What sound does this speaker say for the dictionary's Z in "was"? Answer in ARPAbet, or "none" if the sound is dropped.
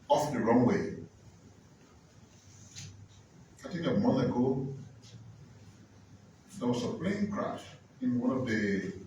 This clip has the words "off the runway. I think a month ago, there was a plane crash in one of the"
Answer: S